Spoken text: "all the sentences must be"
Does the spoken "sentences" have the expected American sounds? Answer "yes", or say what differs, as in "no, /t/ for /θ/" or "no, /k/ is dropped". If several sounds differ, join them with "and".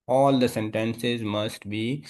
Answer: yes